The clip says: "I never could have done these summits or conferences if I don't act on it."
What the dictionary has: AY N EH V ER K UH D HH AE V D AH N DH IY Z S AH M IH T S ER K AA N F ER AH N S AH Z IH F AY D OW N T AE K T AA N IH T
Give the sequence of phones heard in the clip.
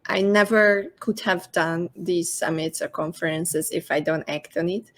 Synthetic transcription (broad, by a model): AY N EH V ER K UH D HH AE V D AH N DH IY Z S AH M IH T S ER K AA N F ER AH N S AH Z IH F AY D OW N T AE K T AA N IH T